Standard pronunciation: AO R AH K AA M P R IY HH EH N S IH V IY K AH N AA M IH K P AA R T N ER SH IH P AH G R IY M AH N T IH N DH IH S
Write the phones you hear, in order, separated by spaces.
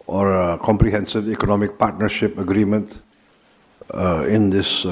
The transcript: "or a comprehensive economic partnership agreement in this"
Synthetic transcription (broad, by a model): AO R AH K AA M P R IY HH EH N S IH V IY K AH N AA M IH K P AA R T N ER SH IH P AH G R IY M AH N T IH N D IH S